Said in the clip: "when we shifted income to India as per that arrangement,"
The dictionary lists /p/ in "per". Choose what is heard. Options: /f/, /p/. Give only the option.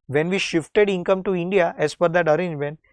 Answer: /f/